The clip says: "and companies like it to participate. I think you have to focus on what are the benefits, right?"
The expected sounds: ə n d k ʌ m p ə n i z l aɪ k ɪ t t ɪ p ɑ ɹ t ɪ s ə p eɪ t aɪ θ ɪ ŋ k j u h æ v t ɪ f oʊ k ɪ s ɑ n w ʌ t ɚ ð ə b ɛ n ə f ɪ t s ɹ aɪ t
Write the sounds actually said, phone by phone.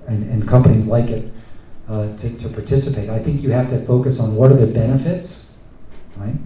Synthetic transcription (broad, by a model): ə n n k ʌ m p ə n i z l aɪ k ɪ t t ɪ p ɑ ɹ t ɪ s ə p eɪ t aɪ θ ɪ ŋ k j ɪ h æ f t ɪ f oʊ k ɪ s n w ʌ t ɚ ð ə b ɛ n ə f ɪ t s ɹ aɪ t